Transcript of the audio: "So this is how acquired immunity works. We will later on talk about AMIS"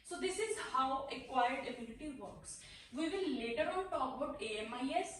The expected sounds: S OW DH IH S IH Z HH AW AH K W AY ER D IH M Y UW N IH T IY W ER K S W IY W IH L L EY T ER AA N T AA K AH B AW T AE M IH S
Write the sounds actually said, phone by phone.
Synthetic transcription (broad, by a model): S OW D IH S IH Z HH AW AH K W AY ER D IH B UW L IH T IY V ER K S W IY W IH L L EY T ER AA N T AA K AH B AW T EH M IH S